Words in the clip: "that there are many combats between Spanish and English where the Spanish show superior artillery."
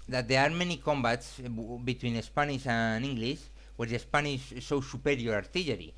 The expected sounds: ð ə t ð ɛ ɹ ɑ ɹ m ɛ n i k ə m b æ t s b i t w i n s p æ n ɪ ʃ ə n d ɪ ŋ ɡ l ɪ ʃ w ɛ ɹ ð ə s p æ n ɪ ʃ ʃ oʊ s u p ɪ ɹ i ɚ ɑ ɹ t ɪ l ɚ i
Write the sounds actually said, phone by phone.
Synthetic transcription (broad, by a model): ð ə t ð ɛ ɹ ɑ ɹ m ɛ n i k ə m b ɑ t s b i t w i n s p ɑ n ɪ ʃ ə n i ŋ ɡ l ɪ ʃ w ɛ ɹ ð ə s p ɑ n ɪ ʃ s oʊ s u p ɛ ɹ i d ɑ ɹ t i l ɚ i